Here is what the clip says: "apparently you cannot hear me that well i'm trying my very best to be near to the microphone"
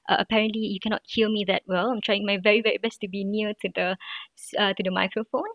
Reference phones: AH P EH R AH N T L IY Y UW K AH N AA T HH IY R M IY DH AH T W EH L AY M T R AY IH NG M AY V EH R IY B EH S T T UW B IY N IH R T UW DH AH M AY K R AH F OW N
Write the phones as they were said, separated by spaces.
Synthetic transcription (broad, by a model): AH P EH R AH N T L IY Y UW K AH N AA T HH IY L M IY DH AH T W EH L AY M T R AY IH NG M AY V EH R IY B EH S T T UW B IY N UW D T UW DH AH M AY K R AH F OW N